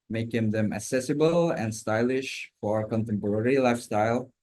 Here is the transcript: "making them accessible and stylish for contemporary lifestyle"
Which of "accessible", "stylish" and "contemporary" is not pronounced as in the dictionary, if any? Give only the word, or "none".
none